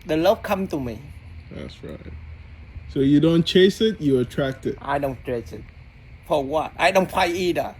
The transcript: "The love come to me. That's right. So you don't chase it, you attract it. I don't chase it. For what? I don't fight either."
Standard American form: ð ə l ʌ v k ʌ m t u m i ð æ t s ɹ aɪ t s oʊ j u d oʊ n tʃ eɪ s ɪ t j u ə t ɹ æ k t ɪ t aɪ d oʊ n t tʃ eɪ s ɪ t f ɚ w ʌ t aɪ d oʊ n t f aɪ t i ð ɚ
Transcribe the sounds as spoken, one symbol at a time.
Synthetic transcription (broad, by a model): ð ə l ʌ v k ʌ m t u m i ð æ t s ɹ aɪ t s oʊ j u d oʊ n tʃ eɪ s ɪ t j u ə t ɹ æ k t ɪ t aɪ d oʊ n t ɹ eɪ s ɪ t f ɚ w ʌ t aɪ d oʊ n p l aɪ i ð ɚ